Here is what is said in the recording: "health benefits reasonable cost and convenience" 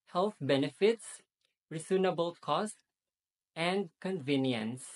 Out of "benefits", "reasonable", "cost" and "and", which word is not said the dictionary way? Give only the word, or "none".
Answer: reasonable